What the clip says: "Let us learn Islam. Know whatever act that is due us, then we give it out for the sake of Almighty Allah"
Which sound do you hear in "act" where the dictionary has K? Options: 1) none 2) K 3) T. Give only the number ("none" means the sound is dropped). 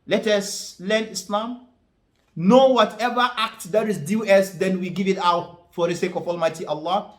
2